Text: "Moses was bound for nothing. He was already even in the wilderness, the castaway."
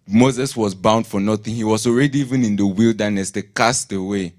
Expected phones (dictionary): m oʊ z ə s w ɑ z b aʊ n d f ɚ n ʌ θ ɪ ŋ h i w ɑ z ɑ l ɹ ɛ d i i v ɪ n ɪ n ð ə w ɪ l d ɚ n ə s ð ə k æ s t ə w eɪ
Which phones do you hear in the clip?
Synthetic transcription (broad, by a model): m oʊ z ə s w ɑ z b aʊ n d f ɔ n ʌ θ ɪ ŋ h i w ɑ z ɑ l ɹ ɛ d i i v ɪ n ɪ n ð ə w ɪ l d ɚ n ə s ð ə k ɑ s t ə w eɪ